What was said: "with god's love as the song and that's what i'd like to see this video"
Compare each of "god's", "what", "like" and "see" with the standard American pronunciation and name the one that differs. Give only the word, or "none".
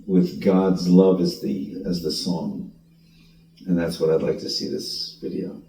none